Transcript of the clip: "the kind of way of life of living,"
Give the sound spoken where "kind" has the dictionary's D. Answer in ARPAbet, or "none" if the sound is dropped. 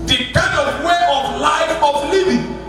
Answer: none